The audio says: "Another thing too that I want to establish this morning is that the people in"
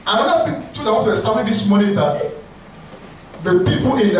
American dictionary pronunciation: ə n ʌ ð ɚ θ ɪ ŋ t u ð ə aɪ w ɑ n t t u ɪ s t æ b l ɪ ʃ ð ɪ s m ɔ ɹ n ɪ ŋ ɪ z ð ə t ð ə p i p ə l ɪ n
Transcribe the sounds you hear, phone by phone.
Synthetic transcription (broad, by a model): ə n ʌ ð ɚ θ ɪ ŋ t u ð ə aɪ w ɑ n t t u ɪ s t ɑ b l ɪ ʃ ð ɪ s m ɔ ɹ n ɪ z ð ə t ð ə p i p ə n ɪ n